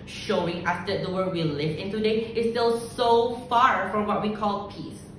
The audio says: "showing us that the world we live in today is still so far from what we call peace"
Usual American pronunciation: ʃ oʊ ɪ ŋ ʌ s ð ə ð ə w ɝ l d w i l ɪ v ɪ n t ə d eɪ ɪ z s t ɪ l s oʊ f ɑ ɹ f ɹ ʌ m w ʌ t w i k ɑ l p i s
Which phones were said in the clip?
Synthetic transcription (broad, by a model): ʃ oʊ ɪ ŋ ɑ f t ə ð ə w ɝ d w i l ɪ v ɪ n t ə d eɪ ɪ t s t ɪ l s oʊ f ɑ ɹ f ɹ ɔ m w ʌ t w i k ɑ l p i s